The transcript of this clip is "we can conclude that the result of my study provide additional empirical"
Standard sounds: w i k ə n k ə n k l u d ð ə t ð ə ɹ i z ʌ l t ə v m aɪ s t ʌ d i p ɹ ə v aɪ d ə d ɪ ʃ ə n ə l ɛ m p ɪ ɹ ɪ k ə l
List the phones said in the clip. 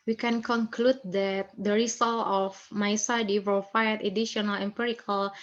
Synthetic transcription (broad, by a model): w i k ə n k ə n k l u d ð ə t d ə ɹ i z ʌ l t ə f m aɪ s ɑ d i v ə f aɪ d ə d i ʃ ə n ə l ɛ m p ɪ ɹ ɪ k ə l